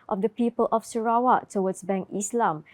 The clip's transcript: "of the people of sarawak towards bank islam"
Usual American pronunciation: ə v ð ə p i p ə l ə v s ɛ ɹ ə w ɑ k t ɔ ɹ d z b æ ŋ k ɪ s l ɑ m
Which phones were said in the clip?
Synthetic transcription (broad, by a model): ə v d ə p i p ə l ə f s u ɹ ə w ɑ t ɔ w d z b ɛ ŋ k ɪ s l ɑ m